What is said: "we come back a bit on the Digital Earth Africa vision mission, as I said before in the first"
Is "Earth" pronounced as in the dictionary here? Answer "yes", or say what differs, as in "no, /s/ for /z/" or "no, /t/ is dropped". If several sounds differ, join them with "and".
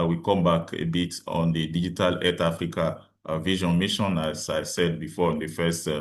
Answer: no, /t/ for /θ/